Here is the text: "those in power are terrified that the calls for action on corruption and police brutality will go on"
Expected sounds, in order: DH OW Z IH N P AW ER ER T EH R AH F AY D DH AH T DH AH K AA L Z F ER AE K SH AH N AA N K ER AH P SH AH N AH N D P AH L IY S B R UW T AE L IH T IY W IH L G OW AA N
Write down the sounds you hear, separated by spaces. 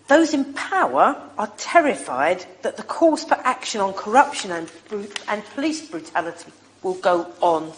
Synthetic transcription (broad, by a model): DH OW Z IH N P AW ER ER T EH R AH F AY D DH AH T DH AH K AA Z F ER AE K SH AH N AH N K ER AH P SH AH N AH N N P AH L IY S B R UW T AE L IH T IY W IH L G OW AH N